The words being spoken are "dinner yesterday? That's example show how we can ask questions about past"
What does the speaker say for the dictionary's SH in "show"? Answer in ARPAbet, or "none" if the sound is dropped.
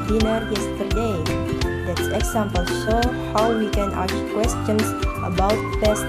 S